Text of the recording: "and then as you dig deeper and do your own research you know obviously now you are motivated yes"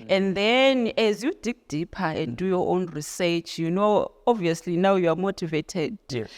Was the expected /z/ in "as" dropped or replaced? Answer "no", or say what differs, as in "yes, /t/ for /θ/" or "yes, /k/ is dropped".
no